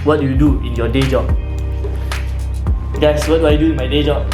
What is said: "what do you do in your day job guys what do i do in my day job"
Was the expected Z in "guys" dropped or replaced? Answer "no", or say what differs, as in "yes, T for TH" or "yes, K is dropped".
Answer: yes, S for Z